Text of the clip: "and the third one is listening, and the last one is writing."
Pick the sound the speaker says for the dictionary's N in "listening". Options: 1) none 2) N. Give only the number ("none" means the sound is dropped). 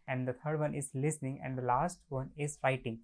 2